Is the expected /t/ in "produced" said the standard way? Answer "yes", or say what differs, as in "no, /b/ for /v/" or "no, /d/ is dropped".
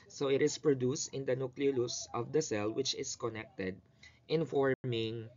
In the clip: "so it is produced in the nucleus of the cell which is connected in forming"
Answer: yes